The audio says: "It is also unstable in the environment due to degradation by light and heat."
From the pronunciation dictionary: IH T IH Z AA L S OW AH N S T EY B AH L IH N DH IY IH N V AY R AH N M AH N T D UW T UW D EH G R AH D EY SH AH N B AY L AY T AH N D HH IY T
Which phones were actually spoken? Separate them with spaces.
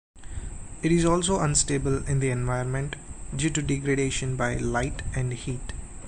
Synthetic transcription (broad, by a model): IH T IH Z AA L S OW AH N S T EY B AH L IH N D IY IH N V AY AH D M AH N T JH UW T UW D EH G R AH D EY SH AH N B AY L AY T AH N D HH IY T